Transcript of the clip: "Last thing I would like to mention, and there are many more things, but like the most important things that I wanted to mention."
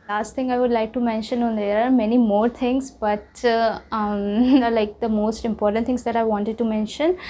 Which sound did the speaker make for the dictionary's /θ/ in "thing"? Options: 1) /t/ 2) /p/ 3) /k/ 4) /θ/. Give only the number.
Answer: 1